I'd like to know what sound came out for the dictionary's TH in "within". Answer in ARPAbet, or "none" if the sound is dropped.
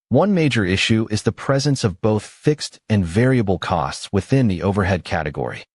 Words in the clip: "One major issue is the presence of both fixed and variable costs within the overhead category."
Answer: TH